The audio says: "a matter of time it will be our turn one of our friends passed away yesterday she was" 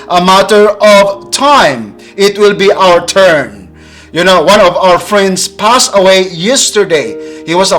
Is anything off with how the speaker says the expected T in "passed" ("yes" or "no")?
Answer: yes